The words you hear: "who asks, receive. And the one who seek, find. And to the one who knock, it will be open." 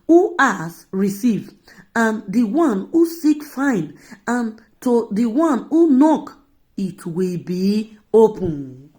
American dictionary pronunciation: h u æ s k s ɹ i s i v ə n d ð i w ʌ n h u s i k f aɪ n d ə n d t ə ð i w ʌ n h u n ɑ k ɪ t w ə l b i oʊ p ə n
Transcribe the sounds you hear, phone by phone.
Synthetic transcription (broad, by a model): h u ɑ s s ɹ i s i v ə n d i w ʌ n h u s i k f aɪ n ə n t ə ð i w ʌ n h u n ɑ k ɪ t w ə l b i oʊ p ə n